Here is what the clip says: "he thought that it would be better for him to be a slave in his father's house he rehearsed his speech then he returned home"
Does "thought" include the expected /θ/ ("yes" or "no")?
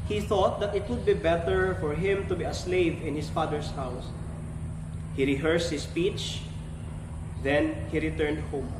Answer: yes